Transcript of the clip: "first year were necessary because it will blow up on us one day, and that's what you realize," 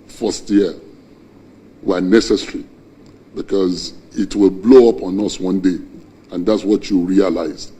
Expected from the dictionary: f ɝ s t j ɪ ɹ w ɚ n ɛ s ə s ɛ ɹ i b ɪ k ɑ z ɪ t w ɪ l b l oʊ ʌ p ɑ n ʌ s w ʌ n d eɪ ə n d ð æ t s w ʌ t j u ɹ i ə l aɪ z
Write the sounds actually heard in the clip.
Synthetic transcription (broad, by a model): f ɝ s t j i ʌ w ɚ n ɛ s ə s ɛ ɹ i b ɪ k ɑ z ɪ t w ɪ l b l oʊ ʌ p ɑ n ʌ s w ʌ n d eɪ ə n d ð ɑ t s w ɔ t j u ɹ i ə l aɪ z